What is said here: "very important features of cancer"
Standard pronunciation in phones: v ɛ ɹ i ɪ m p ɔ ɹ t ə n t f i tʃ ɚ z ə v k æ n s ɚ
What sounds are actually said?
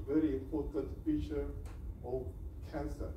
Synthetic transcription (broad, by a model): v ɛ ɹ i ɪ m p ɔ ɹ t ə n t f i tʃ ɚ ə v k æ n s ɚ